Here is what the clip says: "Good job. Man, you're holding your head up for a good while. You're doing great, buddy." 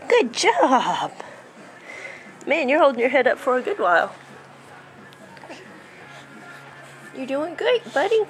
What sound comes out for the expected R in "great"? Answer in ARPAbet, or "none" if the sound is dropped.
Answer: none